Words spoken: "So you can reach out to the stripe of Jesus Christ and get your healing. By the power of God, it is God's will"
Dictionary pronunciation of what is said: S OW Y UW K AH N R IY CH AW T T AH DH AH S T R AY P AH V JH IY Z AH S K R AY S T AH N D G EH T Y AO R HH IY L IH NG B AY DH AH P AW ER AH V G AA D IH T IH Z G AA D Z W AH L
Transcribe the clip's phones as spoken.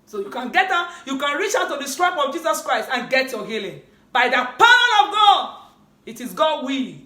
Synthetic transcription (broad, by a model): S OW Y UW K AH N R IY CH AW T T AH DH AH S T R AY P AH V JH IY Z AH S K R AY S T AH N G EH T Y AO HH IY L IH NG B AY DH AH P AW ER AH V G AA D IH T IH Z G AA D W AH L